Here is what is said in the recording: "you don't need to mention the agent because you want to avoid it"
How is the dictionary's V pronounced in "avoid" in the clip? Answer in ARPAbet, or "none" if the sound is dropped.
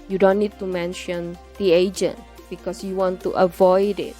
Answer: V